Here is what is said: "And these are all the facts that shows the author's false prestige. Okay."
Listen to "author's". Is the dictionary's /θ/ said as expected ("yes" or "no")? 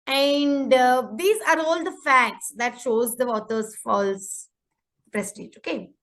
no